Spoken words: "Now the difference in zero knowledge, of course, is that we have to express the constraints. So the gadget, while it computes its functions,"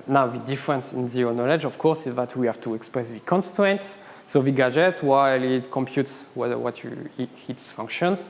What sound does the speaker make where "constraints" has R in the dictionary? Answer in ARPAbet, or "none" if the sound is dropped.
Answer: none